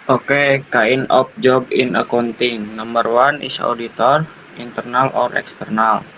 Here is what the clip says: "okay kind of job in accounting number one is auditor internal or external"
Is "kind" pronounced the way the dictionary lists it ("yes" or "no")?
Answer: no